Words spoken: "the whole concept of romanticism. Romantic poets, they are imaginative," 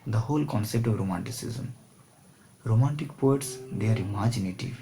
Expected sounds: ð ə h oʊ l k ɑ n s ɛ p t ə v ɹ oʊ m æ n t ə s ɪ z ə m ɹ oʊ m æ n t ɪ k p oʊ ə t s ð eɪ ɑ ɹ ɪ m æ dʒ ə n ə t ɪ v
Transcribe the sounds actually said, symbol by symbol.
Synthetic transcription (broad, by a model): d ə h oʊ l k ɑ n s ɛ p t ə v ɹ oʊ m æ n t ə s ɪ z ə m ɹ oʊ m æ n t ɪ k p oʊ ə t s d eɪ ɑ ɹ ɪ m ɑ dʒ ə n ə t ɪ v